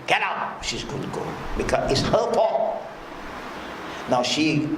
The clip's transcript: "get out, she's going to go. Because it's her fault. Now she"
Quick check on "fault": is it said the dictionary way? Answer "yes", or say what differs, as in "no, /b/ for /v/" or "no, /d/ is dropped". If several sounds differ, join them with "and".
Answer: no, /l/ is dropped